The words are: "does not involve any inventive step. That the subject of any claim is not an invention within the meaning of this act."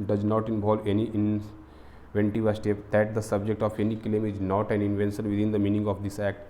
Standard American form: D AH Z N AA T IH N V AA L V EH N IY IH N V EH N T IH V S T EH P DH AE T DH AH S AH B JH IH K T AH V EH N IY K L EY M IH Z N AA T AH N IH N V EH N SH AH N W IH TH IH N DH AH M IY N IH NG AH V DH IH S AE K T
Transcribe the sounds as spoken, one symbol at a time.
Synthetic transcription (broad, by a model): D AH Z N AA T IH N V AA L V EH N IY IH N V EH N T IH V S T EH P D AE T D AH S AH B JH IH K T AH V EH N IY K L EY M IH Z N AA T AH N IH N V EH N S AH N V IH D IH N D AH M IY N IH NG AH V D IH S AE K T